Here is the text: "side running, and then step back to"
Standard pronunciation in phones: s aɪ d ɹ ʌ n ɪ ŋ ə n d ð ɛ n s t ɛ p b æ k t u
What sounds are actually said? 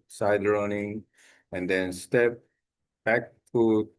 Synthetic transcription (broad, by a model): s aɪ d ɹ ʌ n ɪ ŋ ə n d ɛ n s t ɛ p b æ k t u